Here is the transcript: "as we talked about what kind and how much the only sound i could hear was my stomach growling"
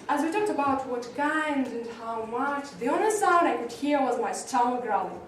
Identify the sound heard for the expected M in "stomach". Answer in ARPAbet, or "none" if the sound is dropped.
none